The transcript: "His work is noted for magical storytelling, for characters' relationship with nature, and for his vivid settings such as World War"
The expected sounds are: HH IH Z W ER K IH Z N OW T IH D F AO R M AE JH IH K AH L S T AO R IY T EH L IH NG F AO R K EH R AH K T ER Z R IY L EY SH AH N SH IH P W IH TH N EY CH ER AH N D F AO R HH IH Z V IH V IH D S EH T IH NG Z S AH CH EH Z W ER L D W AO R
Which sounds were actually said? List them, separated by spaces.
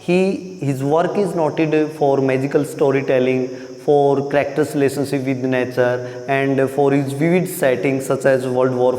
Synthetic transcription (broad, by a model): HH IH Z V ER K IH Z N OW T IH D F AO R M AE JH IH K AH L S T AO R IY T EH L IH NG F AO R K R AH K T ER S L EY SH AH N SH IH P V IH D N EY CH ER AH N D F AO R HH IH Z V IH V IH D S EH T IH NG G S AH CH EH Z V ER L D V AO R